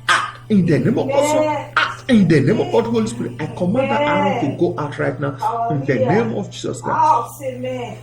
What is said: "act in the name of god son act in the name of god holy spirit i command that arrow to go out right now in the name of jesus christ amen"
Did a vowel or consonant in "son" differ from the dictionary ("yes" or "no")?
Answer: yes